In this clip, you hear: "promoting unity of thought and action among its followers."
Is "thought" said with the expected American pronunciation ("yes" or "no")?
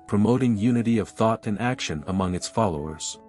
yes